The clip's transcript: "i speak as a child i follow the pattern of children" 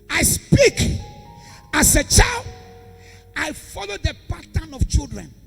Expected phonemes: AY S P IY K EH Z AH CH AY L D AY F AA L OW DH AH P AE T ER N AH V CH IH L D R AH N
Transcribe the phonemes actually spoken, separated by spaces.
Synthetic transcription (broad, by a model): AY S P IY K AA S AH CH AY L D AY F AA L OW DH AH P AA T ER N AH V CH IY L D R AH N